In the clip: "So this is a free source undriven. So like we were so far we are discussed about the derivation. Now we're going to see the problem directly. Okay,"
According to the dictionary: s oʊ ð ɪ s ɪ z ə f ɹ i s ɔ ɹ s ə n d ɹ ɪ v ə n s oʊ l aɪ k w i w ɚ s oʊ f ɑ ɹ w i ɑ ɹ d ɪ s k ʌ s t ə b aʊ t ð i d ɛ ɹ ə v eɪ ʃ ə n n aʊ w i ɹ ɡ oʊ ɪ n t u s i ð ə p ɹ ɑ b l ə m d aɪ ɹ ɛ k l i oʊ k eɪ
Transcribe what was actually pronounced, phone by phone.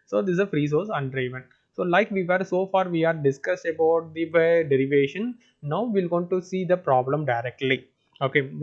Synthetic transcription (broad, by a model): s oʊ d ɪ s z ə f ɹ i s ɔ ɹ s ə n d ɹ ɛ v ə n s oʊ l aɪ k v i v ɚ s oʊ f ɑ ɹ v i ɑ ɹ d ɪ s k ʌ s t ə b aʊ t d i d ɛ ɹ ə v eɪ ʃ ə n n aʊ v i l ɡ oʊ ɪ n t u s i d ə p ɹ ɑ b l ə m d aɪ ɹ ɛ k l i oʊ k eɪ